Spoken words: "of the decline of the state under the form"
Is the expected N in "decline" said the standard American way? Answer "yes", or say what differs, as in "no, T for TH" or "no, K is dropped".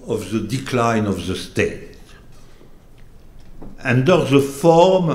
yes